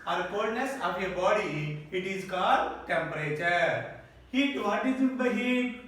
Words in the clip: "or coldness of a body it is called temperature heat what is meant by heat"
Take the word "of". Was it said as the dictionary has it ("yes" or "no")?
no